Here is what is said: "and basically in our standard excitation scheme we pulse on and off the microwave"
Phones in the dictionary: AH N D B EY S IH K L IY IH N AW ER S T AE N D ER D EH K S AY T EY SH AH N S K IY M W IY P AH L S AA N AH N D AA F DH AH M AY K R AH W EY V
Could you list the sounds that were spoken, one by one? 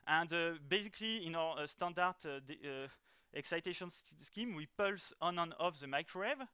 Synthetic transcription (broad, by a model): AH N D B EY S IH K L IY IH N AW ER S T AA N D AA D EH K S AY T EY SH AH N S K IY M W IY P AH L S AA N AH N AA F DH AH M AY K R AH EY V